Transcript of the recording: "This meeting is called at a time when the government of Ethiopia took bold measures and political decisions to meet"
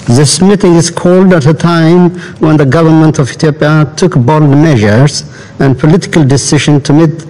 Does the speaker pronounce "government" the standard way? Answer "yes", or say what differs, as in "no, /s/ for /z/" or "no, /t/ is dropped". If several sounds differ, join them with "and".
yes